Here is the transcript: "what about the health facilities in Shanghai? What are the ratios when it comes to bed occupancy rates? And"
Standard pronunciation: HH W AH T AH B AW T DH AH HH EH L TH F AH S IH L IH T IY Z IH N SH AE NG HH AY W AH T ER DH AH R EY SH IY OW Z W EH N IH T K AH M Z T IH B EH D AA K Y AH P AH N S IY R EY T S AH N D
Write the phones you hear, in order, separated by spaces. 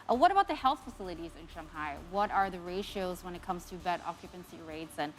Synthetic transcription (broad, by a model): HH W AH T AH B AW T DH AH HH EH L TH F AH S IH L IH T IY Z IH N SH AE NG HH AY W AH T ER DH AH R EY SH IY OW Z W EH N IH T K AH M Z T IH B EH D AA K Y AH P AH N S IY R EY T S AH N